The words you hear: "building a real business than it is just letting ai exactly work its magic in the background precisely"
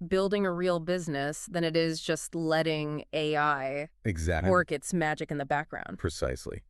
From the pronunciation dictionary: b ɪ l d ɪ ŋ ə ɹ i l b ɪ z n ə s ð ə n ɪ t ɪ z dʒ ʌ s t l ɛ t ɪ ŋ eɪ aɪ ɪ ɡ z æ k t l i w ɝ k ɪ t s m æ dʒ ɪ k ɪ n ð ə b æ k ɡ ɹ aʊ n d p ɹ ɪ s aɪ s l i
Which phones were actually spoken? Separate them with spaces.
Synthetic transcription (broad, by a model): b ɪ l d ɪ ŋ ə ɹ i l b ɪ z n ə s ð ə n ɪ t ɪ z dʒ ʌ s t l ɛ t ɪ ŋ eɪ aɪ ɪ ɡ z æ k w ɝ k ɪ t s m æ dʒ ɪ k ɪ n ð ə b æ k ɡ ɹ aʊ n d p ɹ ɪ s aɪ s l i